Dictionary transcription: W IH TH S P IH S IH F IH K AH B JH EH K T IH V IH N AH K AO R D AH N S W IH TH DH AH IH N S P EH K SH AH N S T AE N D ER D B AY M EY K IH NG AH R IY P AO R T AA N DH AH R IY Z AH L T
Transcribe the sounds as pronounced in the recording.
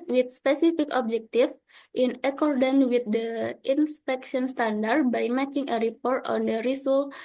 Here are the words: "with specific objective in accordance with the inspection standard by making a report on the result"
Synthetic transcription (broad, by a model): W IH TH S P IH S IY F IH K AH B JH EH K T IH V IH N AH K AO R D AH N W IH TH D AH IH N S P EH K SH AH N S T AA N D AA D B AY M EY K IH NG AH R IY P AO R T AA N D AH R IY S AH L